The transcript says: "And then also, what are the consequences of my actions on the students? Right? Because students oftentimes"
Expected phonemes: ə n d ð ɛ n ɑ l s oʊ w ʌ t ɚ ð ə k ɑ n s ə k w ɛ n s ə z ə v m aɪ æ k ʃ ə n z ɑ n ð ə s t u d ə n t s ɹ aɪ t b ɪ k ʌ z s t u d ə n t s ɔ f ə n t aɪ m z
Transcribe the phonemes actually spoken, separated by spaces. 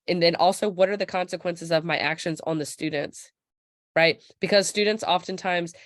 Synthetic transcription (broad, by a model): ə n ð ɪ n ɑ l s oʊ w ʌ t ɚ ð ə k ɑ n s ə k w ɛ n s ə z ə v m aɪ æ k ʃ ə n z n ð ə s t u d n t s ɹ aɪ t b ɪ k ʌ z s t u d n t s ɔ f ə n t aɪ m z